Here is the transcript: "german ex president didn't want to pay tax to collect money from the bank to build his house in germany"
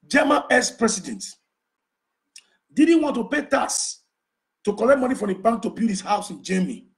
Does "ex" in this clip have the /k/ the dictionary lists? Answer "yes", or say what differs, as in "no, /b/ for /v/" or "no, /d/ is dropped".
no, /k/ is dropped